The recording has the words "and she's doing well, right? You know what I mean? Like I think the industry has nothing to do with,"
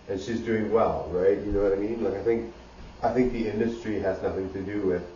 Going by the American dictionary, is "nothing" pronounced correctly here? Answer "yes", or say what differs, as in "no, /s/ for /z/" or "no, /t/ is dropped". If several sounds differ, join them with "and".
yes